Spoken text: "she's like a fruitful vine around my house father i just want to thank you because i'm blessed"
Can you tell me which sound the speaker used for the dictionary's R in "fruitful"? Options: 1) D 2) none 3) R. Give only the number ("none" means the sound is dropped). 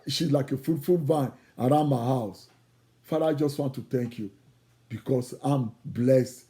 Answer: 2